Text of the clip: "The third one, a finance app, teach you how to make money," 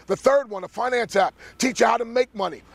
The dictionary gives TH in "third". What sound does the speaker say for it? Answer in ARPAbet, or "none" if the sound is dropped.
TH